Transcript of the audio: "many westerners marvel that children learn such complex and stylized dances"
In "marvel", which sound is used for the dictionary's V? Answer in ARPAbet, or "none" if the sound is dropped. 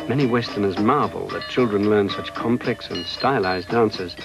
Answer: V